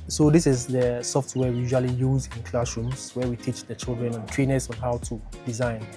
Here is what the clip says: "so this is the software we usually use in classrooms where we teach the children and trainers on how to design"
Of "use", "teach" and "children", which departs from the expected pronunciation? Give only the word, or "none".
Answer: none